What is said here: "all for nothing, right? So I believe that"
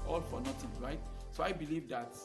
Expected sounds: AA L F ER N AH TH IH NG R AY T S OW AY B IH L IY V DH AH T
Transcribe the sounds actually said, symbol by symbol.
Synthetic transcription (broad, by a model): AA L F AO N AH T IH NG R AY T S OW AY B IH L IY V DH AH T